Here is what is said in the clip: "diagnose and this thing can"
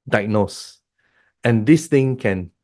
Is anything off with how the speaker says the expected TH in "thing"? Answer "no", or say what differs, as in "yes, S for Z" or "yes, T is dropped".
yes, T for TH